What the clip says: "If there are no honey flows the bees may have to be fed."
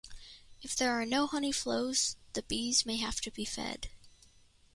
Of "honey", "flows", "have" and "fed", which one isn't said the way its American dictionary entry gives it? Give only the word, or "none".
have